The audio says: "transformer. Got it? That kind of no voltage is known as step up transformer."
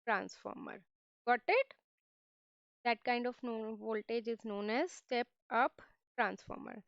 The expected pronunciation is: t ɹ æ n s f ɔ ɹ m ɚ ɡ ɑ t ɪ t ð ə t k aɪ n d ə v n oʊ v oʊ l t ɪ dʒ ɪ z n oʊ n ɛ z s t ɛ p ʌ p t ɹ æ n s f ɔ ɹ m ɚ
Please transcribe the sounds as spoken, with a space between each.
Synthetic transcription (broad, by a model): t ɹ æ n s f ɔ ɹ m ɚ ɡ ɑ t ɪ t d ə t k aɪ n d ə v n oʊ v oʊ l t ɪ dʒ ɪ z n oʊ n ɛ z s t ɛ p ʌ p t ɹ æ n s f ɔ ɹ m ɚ